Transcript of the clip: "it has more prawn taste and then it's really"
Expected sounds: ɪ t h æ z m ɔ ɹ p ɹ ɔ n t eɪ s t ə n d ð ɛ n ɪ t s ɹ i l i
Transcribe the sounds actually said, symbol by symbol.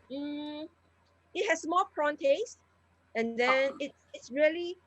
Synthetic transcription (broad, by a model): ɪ t h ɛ s m ɔ l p ɹ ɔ n t eɪ s t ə n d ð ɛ n ɪ t s ɹ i l i